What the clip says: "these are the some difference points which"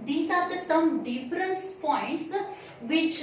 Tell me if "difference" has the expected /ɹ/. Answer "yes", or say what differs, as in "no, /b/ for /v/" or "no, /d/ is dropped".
yes